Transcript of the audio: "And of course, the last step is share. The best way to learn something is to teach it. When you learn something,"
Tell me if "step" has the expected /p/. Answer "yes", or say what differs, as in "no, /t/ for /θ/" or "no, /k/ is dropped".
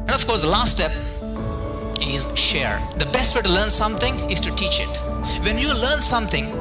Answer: yes